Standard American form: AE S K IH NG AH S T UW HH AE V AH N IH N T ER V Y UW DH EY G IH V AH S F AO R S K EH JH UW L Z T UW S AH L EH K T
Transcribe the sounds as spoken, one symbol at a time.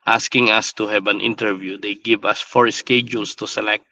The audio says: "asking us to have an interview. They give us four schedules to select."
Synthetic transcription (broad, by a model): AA S K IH NG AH S T UW HH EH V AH N IH N T ER V Y UW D EY G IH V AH S F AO R S K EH JH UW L S T UW S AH L EH K T